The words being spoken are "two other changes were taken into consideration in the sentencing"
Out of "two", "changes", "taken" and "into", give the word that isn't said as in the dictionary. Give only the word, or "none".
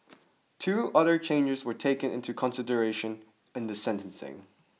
none